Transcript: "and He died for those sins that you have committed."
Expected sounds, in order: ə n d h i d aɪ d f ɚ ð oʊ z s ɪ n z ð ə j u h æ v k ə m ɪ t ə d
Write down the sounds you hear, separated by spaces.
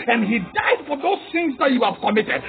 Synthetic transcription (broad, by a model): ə n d h i d aɪ d f ɚ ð oʊ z θ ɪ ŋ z ð ə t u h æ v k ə m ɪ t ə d